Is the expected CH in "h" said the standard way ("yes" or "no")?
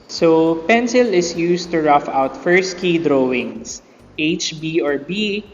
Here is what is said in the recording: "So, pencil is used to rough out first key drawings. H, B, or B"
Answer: yes